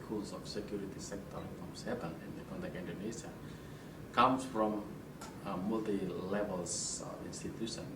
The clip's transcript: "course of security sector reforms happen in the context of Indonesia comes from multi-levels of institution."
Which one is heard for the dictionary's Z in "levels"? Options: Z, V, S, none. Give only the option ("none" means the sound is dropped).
S